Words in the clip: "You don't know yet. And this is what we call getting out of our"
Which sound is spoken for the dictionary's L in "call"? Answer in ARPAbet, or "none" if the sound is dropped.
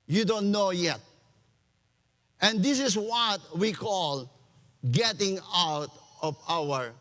L